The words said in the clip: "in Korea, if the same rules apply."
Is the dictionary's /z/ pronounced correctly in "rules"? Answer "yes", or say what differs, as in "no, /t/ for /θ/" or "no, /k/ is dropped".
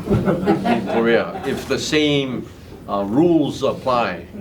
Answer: yes